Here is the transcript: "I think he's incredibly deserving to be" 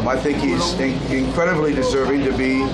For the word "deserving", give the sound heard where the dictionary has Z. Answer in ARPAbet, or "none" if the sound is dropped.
Z